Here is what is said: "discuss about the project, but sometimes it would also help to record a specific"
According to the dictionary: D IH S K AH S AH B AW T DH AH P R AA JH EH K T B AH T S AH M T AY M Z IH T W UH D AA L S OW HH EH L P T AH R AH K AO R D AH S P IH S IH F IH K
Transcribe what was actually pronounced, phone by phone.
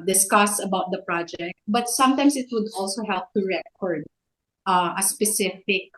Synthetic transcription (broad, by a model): D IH S K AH S AH B AW T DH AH P R AA JH EH K T B AH T S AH M T AY M S IH T W UH D AA L S OW HH EH L P T AH R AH K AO R D AH S P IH S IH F IH K